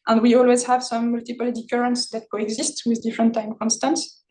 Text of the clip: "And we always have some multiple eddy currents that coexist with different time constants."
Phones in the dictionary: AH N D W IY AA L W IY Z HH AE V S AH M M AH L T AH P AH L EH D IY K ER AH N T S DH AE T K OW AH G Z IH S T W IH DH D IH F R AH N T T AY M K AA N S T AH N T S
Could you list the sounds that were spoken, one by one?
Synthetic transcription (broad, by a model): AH N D W IY AA L W IY Z HH AE V S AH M M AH L T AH P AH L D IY K ER AH N T S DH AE T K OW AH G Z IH S T W IH DH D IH F R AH N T T AY M K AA N S T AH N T S